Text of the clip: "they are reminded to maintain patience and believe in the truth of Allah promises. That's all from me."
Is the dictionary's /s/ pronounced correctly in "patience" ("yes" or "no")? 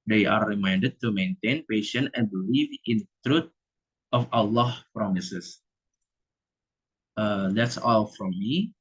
no